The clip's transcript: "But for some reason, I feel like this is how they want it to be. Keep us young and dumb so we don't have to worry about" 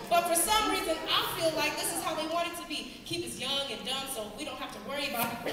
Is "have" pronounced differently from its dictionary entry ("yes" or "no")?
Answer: yes